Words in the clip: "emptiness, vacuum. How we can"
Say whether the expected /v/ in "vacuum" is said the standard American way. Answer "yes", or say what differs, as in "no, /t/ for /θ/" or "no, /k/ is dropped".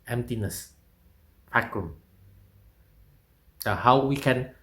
no, /f/ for /v/